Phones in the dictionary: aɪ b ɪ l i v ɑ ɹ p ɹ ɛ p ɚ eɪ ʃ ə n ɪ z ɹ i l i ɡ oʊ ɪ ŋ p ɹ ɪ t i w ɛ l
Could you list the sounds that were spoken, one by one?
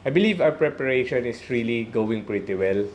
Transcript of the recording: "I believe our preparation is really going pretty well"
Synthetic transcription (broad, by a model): aɪ b ɪ l i v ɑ w p ɹ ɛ p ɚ eɪ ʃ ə n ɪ s ɹ i l i ɡ oʊ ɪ ŋ p ɹ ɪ t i w ɛ l